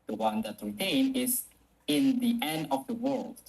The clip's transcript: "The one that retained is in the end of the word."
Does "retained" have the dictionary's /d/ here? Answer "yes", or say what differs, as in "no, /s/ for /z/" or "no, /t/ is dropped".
no, /d/ is dropped